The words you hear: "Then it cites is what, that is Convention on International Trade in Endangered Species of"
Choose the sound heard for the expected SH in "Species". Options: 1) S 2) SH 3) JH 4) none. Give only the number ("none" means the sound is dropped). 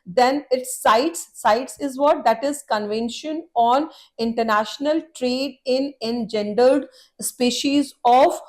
2